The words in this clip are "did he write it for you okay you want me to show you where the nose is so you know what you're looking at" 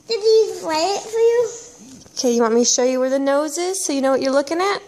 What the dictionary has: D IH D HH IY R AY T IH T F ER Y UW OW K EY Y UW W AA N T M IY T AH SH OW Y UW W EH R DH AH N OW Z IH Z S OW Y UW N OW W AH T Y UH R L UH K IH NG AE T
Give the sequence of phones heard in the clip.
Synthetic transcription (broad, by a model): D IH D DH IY L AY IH IH T F ER Y UW OW K EY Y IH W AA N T M IY SH OW Y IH W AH R DH AH N OW Z IH Z S OW Y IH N OW W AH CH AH R L UH K IH NG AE T